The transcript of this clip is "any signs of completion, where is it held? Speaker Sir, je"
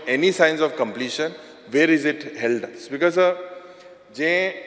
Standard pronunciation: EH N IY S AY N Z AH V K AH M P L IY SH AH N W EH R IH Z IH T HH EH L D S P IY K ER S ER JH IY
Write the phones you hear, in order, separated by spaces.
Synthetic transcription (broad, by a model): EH N IY S AY N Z AH V K AH M P L IY SH AH N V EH R IH Z IH T HH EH L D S B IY K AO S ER JH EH